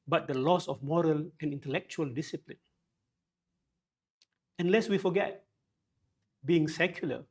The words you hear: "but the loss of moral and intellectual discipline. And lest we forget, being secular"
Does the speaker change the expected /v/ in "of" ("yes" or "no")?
yes